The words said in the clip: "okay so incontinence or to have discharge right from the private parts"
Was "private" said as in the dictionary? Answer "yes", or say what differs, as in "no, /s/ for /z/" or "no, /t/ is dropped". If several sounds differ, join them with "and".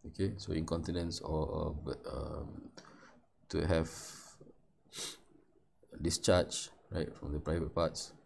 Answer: yes